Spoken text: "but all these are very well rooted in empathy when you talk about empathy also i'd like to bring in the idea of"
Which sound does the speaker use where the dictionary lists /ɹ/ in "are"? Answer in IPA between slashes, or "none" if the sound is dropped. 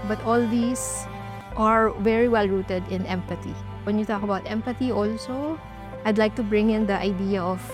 /ɹ/